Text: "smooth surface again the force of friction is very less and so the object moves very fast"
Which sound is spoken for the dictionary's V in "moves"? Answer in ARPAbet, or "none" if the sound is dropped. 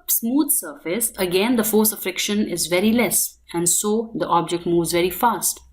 V